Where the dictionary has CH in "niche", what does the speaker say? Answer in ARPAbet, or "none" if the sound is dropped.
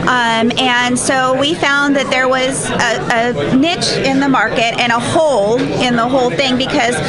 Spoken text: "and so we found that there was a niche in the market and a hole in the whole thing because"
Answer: CH